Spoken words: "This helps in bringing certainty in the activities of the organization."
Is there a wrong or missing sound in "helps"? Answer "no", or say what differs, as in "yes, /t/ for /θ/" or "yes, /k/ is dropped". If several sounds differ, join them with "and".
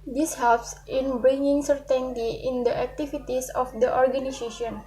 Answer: no